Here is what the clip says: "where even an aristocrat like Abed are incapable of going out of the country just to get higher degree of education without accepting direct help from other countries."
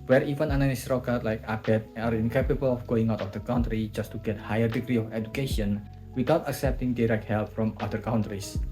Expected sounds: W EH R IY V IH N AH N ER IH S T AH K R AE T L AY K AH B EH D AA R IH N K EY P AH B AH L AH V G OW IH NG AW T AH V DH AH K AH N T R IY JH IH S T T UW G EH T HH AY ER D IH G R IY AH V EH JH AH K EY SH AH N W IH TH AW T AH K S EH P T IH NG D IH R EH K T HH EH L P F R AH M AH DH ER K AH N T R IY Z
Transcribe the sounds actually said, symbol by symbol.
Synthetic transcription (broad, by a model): W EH R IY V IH N AH N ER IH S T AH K AA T L AY K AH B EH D AA R IH N K EY P AH B AH L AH F G OW IH NG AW T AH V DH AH K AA N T R IY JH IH S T T UW G EH T HH AY ER D IH G R IY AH F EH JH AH K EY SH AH N W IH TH AW T AH K S EH P T IH NG D IH R EH K T HH EH L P F R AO M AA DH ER K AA N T R IY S